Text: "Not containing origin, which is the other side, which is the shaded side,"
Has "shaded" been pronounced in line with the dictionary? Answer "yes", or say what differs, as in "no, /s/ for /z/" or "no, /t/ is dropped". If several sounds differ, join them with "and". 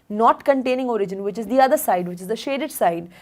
yes